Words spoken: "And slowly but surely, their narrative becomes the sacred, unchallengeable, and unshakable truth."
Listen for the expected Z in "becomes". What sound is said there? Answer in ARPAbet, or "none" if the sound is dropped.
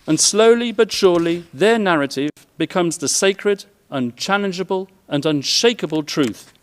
Z